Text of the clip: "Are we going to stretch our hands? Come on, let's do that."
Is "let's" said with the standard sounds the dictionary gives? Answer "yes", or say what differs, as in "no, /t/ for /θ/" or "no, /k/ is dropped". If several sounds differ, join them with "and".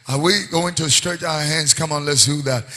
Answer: yes